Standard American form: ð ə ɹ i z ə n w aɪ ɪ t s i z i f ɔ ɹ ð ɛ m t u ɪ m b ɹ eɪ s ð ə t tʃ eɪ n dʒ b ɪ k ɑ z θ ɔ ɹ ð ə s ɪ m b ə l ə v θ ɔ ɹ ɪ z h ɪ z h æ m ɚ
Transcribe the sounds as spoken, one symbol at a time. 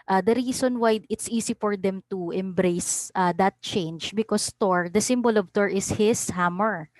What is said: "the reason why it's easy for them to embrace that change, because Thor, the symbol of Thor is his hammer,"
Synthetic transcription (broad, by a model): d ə ɹ i s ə n w aɪ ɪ t s i s i f ɔ ɹ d ɛ m t u ɪ m b ɹ eɪ s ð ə t tʃ eɪ n dʒ b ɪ k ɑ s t ɔ ɹ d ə s ɪ m b ə l ə v t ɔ ɹ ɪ s h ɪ s h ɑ m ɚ